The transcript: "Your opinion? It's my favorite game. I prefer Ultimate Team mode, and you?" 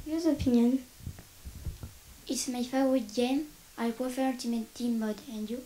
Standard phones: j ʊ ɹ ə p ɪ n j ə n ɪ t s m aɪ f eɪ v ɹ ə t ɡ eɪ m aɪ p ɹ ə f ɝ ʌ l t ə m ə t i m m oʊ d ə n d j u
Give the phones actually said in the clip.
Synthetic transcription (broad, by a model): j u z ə p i n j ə n ɪ t s m aɪ f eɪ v ə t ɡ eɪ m aɪ p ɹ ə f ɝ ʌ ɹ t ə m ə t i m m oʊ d ə n d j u